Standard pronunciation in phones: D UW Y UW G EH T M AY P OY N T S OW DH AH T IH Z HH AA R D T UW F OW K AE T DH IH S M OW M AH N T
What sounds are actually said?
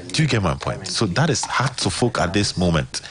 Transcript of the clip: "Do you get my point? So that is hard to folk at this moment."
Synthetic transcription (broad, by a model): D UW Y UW G EH T M AY P OY N T S OW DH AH T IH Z HH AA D T UW F OW K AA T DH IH S M OW M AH N T